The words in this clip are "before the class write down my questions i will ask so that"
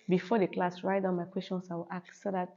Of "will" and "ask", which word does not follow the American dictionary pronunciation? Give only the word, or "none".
ask